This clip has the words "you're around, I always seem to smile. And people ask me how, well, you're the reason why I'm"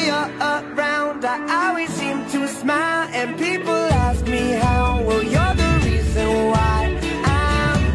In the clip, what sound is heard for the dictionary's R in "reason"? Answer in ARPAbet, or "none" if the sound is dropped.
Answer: R